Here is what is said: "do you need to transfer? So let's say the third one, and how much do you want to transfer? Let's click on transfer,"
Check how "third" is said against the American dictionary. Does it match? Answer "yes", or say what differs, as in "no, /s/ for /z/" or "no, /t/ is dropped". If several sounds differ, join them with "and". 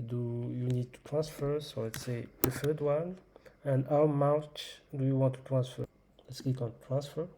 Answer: no, /f/ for /θ/